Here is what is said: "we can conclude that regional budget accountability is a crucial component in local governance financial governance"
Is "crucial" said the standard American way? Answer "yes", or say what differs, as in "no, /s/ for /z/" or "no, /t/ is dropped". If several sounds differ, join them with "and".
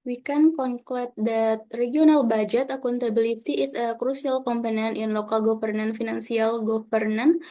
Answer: no, /s/ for /ʃ/